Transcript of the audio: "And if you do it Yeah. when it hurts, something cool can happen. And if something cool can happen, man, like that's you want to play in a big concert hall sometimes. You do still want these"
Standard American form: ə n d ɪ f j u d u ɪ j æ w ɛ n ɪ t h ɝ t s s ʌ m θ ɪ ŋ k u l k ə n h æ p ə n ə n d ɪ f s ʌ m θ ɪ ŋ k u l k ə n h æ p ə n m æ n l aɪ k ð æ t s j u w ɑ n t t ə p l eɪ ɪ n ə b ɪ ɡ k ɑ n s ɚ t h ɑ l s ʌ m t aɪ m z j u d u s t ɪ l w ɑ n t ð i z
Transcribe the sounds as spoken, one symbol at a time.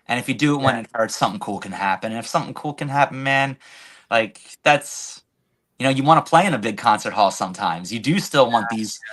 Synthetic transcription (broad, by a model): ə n ɪ f j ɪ d ɪ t w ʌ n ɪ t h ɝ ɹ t s ʌ m θ ɪ ŋ k u l k ə n h æ p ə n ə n ɪ f s ʌ m θ ɪ ŋ k u l k ə n h æ p n m æ n l aɪ k ð æ t s j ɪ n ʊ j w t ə p l eɪ ɪ n ə b ɪ ɡ k ɑ n s ɚ t h ɑ l s ʌ m t aɪ m z j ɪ d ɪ s t ɪ l w ɑ n ð i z